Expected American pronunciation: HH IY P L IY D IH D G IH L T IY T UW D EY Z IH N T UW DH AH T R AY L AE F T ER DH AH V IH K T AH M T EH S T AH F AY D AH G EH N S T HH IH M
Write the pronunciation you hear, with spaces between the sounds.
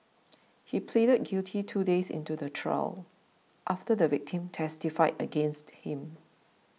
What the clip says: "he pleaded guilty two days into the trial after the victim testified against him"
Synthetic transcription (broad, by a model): HH IY P L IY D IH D G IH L T IY T UW D EY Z IH N T UW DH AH T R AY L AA F T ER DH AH V IH K T AH M T EH S T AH F AY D AH G EH N S T HH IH M